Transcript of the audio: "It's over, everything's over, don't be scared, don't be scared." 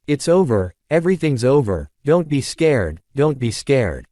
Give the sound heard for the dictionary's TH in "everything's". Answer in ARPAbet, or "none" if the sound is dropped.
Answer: TH